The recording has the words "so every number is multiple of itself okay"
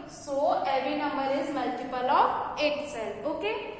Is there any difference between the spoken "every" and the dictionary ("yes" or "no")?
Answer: yes